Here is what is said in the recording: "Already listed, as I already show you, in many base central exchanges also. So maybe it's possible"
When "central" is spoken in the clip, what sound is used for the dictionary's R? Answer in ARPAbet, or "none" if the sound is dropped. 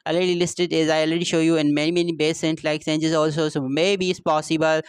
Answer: L